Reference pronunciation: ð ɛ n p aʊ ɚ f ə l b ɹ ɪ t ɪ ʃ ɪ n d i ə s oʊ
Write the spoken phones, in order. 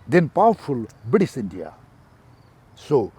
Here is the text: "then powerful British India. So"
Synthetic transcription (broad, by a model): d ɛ n p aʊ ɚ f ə l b ɪ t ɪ s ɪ n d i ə s oʊ